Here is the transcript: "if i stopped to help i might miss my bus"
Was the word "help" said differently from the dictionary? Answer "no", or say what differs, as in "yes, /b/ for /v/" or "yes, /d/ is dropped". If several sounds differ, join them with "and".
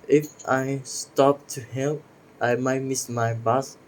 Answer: yes, /p/ is dropped